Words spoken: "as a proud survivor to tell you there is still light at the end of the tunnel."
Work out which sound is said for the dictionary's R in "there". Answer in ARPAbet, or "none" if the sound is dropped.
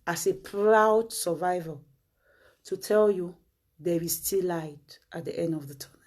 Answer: W